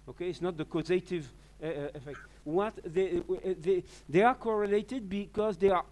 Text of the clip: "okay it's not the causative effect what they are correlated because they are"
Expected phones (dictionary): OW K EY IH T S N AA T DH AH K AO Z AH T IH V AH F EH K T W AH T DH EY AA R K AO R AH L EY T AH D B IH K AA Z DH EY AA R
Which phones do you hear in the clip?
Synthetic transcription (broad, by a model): OW K EY IH T S N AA T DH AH K AO Z AH T IH V AH F EH K T W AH T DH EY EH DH K AO R AH L EY T AH D B IH K AA Z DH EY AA R